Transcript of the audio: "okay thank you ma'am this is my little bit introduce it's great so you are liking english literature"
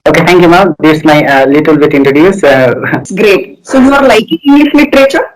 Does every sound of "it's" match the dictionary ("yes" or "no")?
no